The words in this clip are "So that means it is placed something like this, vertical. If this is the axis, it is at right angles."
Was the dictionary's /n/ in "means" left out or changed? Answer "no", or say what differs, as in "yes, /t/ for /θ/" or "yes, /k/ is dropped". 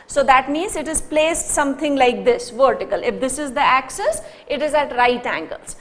no